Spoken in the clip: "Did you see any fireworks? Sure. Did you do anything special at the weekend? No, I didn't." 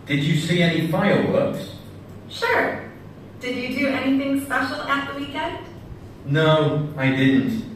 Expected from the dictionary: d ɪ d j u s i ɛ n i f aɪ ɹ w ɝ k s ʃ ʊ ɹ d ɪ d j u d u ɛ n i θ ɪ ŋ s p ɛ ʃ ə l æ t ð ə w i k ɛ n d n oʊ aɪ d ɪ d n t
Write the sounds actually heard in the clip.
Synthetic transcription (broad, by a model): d ɪ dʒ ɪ s i ɛ n i f aɪ l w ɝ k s ʃ ʊ ɹ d ɪ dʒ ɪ d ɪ ɛ n i θ ɪ ŋ s p ɛ ʃ l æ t ð ə w i k ɛ n d n oʊ aɪ d ɪ d n t